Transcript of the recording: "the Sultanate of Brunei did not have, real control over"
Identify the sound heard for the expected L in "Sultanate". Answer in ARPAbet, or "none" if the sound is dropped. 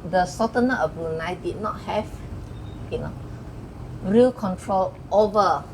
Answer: none